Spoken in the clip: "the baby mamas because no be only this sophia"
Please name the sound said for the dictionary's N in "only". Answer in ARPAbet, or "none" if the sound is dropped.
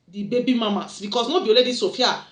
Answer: none